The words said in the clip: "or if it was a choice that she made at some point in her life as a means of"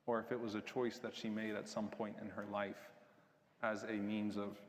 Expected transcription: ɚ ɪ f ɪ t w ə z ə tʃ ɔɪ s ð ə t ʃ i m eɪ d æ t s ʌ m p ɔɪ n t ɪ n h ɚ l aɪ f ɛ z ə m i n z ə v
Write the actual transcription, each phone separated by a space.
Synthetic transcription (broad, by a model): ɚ ɪ f ɪ t w ə z ə tʃ ɔɪ s ð ə t ʃ i m eɪ d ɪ t s ʌ m p ɔɪ n t ɪ n ɚ l aɪ f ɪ z ə m i n z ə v